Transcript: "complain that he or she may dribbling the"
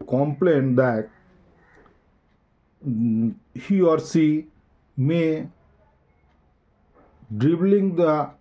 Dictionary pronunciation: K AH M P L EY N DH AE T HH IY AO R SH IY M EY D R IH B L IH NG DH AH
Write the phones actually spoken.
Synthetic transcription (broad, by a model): K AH M P L EY N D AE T HH IY AO R S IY M EY D R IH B L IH NG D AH